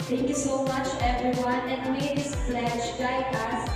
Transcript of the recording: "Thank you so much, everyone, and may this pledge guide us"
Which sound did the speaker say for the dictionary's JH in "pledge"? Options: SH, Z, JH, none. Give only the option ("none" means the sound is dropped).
SH